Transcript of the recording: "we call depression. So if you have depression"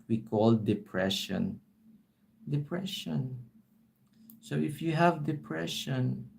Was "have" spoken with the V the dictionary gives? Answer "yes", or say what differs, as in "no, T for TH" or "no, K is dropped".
yes